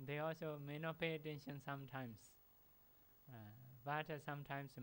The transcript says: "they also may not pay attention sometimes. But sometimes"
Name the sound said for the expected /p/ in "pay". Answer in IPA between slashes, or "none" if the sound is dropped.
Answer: /p/